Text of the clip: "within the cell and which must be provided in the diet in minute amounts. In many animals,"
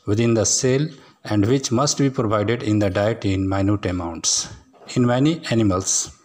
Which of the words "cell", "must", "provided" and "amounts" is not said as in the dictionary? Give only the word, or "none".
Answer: none